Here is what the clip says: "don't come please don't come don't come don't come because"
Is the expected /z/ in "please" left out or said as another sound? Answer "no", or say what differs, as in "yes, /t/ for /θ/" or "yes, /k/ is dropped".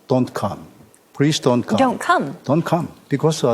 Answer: yes, /s/ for /z/